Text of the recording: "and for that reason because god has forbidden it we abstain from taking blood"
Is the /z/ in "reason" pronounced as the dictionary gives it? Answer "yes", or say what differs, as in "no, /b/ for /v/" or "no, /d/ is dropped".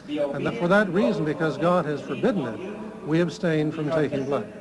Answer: yes